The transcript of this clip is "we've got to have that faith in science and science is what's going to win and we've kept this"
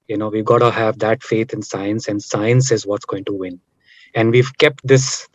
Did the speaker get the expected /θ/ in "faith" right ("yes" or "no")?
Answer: no